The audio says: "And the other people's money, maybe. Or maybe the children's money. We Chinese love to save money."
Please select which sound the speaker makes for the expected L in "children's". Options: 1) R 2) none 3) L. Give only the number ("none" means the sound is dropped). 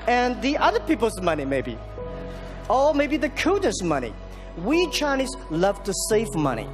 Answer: 2